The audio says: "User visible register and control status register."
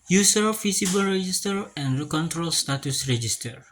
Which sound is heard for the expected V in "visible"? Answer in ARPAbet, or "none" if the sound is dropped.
F